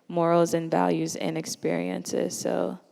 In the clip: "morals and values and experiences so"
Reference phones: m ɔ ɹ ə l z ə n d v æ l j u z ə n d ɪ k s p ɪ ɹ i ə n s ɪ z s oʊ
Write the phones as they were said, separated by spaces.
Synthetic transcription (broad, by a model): m ɔ ɹ l z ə n v æ l j u z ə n ɪ k s p ɪ ɹ i ə n s ɪ z s oʊ